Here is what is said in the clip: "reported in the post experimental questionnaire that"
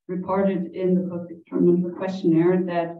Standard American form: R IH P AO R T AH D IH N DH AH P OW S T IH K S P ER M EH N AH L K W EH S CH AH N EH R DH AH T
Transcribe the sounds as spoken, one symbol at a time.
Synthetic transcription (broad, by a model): R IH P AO R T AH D IH N DH AH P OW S IH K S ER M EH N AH K W EH S CH AH N EH R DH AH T